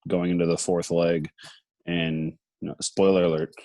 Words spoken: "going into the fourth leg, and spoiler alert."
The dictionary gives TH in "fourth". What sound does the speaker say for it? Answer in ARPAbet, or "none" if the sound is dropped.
TH